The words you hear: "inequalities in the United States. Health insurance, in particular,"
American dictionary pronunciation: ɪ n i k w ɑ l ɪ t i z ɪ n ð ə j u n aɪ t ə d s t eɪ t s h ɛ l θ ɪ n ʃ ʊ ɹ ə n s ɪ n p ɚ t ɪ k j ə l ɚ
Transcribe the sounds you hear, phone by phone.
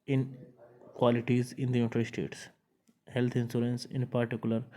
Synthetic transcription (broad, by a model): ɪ n k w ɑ l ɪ t i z ɪ n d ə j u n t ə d s t eɪ t s h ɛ l t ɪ n s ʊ ɹ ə n s ɪ n p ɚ t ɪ k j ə l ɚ